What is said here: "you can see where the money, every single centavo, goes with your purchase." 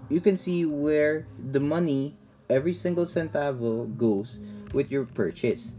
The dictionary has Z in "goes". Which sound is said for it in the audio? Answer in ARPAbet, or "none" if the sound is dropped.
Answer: S